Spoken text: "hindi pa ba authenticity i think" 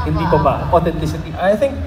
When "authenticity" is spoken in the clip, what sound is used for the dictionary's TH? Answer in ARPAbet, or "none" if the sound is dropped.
T